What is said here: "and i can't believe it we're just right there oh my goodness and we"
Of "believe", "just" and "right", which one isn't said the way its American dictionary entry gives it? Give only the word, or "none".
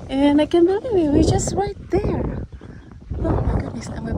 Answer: believe